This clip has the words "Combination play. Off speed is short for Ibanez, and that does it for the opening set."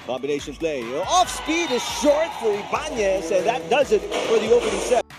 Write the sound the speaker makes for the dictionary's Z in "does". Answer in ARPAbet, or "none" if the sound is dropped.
Z